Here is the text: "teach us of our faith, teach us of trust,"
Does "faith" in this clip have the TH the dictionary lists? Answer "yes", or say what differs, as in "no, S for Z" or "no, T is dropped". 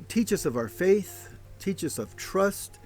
yes